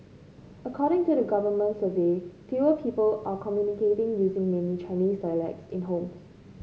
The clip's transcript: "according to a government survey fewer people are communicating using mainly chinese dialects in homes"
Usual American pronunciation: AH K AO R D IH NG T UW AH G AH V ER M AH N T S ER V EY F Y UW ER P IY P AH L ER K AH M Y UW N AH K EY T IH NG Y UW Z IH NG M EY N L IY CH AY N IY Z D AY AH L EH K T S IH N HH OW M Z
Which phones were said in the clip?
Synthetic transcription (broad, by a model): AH K AO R D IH NG T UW AH G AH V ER M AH N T S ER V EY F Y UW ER P IY P AH L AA K AH M Y UW N AH K EY T IH NG Y UW Z IH NG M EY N IY CH AY N IY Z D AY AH L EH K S IH N HH OW M